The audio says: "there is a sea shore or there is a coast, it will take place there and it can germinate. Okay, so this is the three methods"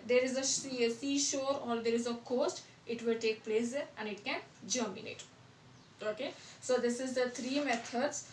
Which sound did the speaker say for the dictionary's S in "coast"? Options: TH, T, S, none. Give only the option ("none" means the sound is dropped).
S